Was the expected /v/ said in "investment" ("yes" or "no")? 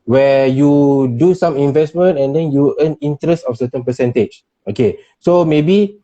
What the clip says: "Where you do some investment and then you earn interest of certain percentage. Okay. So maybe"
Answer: yes